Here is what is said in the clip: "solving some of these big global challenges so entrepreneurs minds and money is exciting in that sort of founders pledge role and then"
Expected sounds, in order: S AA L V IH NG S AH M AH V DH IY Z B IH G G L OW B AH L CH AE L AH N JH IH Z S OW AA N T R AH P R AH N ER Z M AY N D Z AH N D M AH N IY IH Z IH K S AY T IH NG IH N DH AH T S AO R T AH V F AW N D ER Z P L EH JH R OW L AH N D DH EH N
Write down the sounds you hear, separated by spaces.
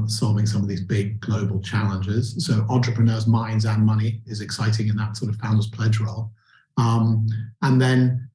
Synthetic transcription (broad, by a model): S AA L V IH NG S AH M AH V DH IY Z B IH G G L OW B AH L CH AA L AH N JH IH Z S OW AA N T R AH P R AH N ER Z M AY N D Z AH N M AH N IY IH Z IH K S AY T IH NG IH N DH AH T S AO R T AH V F AW N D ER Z P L EH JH R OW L AH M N DH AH N